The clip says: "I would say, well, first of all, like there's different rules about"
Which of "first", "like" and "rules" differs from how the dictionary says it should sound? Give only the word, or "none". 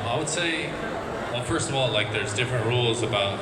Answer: none